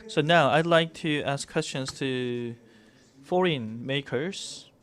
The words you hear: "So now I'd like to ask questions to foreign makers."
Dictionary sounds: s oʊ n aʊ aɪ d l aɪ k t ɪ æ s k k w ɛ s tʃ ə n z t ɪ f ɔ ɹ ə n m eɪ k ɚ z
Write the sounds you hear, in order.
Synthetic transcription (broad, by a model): s oʊ n aʊ aɪ d l aɪ k t ɪ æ s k k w ɛ s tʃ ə n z t ɪ f ɔ ɹ ə n m eɪ k ɚ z